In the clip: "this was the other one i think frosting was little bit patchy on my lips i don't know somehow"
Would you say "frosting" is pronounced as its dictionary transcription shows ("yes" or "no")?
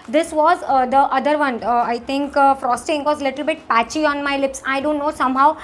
yes